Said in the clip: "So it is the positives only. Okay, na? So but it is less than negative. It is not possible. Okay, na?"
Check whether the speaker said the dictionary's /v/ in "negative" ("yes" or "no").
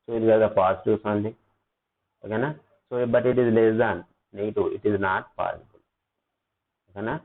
no